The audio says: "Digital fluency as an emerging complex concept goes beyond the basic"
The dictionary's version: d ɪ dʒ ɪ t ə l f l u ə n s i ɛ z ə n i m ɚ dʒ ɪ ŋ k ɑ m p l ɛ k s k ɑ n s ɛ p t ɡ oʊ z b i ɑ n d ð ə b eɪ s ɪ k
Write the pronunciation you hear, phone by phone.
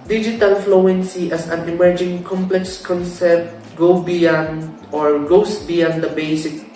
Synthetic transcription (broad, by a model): d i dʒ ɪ t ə l f l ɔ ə n s i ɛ s ə n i m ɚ dʒ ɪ ŋ k ɑ m p l ɛ k s k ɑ n s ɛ p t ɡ oʊ s b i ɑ n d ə b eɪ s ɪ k